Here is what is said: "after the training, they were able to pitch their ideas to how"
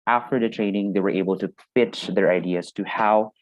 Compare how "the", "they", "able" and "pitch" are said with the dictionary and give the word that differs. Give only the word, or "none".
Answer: pitch